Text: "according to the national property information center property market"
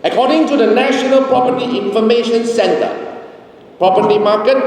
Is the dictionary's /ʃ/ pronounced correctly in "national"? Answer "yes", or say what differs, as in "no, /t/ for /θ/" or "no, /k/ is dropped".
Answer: yes